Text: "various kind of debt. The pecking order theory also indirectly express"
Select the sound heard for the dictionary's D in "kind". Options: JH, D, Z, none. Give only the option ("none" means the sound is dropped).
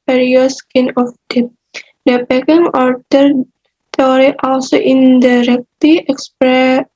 none